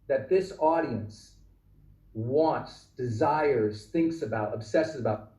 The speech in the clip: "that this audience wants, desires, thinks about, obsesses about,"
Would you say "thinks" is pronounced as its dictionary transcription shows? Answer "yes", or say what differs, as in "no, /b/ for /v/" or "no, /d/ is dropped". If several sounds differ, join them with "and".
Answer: yes